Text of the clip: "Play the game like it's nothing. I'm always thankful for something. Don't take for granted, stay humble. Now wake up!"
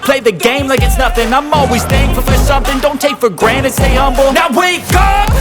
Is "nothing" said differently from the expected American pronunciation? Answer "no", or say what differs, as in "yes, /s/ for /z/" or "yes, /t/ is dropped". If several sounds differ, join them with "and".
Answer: no